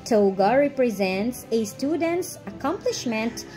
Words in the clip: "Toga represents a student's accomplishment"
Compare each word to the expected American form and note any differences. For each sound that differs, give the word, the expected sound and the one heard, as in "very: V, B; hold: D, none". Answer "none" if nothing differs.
none